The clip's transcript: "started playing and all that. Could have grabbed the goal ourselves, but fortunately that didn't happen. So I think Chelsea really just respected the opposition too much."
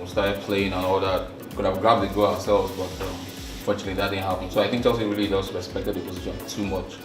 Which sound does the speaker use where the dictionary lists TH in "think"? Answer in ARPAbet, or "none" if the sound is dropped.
TH